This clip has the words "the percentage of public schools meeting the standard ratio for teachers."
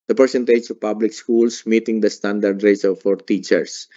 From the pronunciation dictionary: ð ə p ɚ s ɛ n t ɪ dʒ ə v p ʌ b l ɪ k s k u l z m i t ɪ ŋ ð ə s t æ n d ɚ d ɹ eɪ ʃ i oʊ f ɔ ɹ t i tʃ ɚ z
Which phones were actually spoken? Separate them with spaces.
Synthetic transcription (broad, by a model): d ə p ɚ s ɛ n t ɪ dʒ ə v p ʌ b l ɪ k s k u l s m i t ɪ ŋ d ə s t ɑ n d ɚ d ɹ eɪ s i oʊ f ɔ ɹ t i tʃ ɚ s